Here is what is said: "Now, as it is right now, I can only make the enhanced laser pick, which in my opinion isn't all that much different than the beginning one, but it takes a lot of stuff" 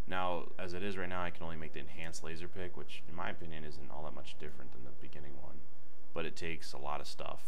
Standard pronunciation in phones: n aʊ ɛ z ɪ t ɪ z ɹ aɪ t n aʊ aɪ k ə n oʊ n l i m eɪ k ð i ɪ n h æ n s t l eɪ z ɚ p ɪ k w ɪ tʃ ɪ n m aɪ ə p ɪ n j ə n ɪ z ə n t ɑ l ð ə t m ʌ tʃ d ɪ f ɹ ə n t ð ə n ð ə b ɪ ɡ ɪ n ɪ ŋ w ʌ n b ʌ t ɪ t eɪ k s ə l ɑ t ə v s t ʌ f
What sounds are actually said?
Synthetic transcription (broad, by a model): n aʊ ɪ z ɪ t ɪ z ɹ aɪ t n aʊ aɪ k ə n oʊ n l i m eɪ k ð i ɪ n h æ n s l eɪ z ɚ p ɪ k w ɪ tʃ ɪ n m aɪ ə p ɪ n j ə n ɪ z ə n t ɑ l ð ə t m ʌ tʃ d ɪ f ɹ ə n ð ə n ð ə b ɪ ɡ ɪ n ɪ ŋ w ʌ n b ʌ t ɪ t eɪ k s ə l ɑ t ə v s t ʌ f